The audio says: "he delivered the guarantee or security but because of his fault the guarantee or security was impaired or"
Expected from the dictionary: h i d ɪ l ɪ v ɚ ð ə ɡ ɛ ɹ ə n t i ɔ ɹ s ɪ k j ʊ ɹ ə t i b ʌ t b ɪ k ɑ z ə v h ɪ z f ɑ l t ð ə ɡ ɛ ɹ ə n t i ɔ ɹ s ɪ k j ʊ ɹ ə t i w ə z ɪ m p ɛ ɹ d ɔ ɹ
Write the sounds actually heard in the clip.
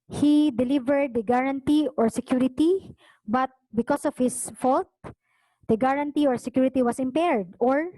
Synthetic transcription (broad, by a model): h i d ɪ l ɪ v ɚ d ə ɡ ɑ ɹ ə n t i ɔ ɹ s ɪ k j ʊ ɹ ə t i b ʌ t b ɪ k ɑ s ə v h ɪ s f ɑ l t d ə ɡ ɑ ɹ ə n t i ɔ ɹ s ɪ k j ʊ ɹ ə t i w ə s ɪ m p ɛ ɹ d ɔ ɹ